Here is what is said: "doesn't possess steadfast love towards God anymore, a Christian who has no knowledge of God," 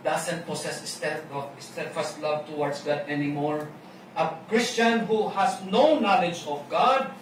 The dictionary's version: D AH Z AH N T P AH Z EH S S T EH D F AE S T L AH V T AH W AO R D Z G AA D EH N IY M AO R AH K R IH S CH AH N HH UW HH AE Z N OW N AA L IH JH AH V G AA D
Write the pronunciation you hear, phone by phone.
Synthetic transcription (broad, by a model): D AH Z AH N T P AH S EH S S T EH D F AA S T L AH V T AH W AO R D S G AA D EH N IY M AO R AH K R IH S CH AH N HH UW HH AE S N OW N AA L IH JH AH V G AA D